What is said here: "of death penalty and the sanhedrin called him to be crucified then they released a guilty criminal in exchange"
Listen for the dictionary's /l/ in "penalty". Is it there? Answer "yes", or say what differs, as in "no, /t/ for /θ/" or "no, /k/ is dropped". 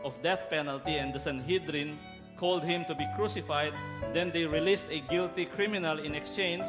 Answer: yes